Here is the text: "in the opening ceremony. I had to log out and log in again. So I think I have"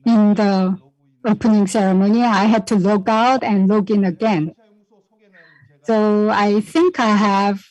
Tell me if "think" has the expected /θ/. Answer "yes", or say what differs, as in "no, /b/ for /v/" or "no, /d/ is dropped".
yes